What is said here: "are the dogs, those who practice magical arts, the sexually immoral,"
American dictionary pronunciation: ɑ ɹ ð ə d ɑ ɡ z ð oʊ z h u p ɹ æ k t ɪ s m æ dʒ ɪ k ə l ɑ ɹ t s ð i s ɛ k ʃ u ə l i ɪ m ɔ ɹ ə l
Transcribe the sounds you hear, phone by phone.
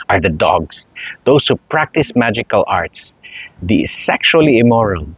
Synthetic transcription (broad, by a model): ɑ ɹ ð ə d ɑ ɡ s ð oʊ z h u p ɹ æ k t ɪ s m æ dʒ ɪ k ə l ɑ ɹ t s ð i s ɛ k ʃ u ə l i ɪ m ɔ ɹ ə l